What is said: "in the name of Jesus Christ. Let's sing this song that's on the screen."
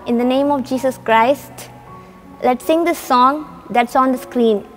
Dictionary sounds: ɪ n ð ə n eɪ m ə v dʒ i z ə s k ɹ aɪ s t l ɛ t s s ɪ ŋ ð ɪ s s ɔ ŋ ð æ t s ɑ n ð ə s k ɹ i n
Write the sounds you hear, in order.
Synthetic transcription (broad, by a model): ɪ n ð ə n eɪ m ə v dʒ i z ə s k ɹ aɪ s t l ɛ t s s ɪ ŋ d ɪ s s ɔ ŋ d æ t s ɑ n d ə s k ɹ i n